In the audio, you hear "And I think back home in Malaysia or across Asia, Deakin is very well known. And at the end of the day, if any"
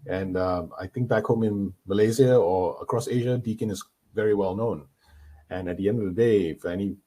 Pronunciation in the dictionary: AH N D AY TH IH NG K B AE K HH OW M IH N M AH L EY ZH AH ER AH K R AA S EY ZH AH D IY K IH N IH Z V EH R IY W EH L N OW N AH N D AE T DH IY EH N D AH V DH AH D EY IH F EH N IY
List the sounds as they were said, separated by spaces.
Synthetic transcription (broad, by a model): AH N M AY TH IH NG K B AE K HH OW M IH N M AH L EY Z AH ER AH K R AA S EY ZH AH D IY K IH N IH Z V EH R IY W EH L N OW N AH N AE T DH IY EH N D AH V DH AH D EY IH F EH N IY